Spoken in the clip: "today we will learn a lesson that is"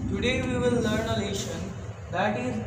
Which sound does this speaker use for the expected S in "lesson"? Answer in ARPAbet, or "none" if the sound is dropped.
SH